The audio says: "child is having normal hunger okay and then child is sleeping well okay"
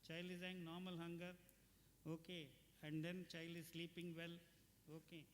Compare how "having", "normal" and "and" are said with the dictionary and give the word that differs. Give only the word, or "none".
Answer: having